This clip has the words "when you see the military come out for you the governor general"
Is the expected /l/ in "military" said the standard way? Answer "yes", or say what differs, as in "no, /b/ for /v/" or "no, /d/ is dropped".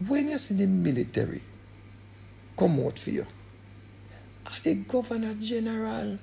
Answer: yes